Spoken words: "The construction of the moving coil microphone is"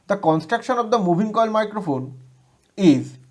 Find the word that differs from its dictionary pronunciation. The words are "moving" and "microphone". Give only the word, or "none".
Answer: moving